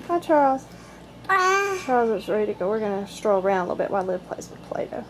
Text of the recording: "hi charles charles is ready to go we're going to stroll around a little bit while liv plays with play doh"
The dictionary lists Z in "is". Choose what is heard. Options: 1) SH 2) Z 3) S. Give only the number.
3